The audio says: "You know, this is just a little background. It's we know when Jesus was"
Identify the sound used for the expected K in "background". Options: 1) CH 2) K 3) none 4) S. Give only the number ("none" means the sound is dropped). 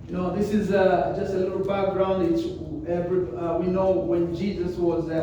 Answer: 2